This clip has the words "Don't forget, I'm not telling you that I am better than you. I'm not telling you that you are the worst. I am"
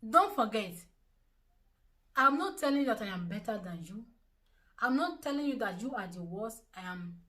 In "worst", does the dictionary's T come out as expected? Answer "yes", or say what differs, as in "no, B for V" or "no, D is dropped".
no, T is dropped